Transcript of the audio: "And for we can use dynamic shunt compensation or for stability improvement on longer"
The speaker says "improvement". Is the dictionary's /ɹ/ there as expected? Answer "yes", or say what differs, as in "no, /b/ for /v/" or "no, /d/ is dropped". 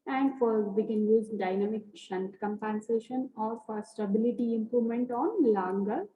yes